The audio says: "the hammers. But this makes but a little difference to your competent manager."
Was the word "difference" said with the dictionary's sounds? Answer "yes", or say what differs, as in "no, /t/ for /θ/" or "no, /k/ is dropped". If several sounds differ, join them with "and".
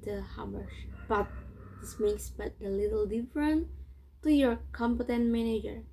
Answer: no, /s/ is dropped